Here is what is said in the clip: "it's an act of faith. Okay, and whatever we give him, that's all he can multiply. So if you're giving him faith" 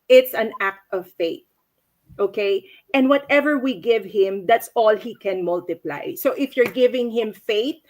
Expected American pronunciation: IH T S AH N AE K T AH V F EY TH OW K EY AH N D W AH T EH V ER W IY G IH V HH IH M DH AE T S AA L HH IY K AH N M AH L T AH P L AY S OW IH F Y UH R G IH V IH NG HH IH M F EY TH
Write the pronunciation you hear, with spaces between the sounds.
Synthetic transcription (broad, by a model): IH T S AH N AE K T AH V F EY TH OW K EY AH N D W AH T EH V ER W IY G IH V HH IH M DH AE T S AA L HH IY K AH N M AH L T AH P L AY S OW IH F Y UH R G IH V IH NG HH IH M F EY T